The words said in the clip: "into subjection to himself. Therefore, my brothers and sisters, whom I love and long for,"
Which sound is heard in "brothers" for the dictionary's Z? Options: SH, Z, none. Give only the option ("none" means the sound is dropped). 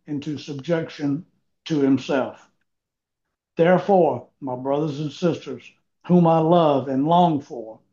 Z